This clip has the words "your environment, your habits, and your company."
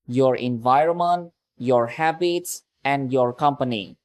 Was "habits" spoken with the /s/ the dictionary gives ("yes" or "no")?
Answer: yes